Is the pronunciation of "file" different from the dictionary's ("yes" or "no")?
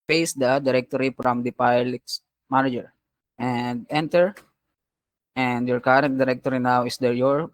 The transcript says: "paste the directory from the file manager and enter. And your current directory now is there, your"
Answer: yes